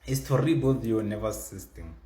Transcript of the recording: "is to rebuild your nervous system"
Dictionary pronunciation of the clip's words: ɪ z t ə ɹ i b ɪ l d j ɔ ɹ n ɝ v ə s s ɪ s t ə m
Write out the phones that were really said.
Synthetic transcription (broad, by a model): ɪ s t ə ɹ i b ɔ d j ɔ n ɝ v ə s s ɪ s t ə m